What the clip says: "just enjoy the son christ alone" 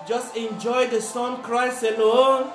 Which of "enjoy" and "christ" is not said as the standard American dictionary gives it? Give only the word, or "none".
christ